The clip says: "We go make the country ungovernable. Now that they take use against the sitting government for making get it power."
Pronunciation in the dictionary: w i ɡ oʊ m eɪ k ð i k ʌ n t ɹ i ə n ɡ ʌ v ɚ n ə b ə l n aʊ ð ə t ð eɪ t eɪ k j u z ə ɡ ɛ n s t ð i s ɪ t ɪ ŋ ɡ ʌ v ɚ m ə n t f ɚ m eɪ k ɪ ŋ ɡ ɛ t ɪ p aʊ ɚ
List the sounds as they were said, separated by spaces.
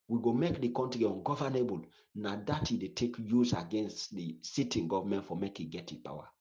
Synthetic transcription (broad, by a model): w i ɡ oʊ m eɪ k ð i k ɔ n t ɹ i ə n ɡ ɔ v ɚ n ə b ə l n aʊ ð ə t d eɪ t eɪ k j u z ə ɡ ɛ n s t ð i s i t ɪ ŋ ɡ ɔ v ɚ m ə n t f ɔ m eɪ k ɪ ɡ ɛ t ɪ p aʊ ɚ